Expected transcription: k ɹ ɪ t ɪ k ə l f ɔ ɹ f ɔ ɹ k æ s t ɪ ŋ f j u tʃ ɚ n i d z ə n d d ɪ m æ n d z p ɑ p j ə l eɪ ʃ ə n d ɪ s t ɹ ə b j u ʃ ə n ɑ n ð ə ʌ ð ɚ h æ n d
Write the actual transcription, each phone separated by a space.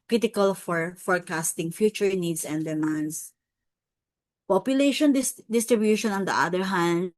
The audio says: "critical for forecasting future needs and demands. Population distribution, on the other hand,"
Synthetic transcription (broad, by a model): k ɹ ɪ t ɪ k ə l f ɔ ɹ f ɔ ɹ k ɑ s t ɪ ŋ f j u tʃ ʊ n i d s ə n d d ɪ m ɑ n d s p ɑ p j ə l eɪ ʃ ə n d ɪ s t ɹ ə b j u ʃ ə n ɑ n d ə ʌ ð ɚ h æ n d